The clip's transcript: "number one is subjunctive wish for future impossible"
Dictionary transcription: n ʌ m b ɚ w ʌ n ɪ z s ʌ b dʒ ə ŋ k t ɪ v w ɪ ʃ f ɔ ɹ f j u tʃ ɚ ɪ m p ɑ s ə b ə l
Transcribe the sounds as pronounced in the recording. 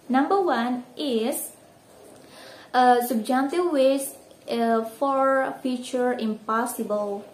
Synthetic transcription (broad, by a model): n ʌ m b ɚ w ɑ n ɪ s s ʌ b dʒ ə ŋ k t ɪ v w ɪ s f ɔ ɹ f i tʃ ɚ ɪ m p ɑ s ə b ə l